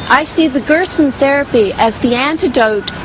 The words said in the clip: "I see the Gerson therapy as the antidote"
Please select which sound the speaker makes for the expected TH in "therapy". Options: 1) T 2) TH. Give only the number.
2